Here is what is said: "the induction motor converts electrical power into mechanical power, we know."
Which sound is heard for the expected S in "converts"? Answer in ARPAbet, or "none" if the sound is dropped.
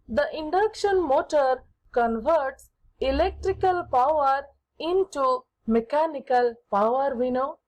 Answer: S